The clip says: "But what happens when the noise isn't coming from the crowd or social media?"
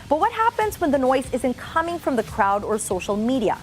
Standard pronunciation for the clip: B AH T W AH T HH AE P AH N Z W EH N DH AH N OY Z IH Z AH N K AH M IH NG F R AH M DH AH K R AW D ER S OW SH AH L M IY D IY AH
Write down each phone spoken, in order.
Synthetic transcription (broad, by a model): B AH T W AH T HH AE P AH N Z W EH N DH AH N OY Z IH Z AH N K AH M IH NG F R AH M DH AH K R AW D ER S OW SH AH L M IY D IY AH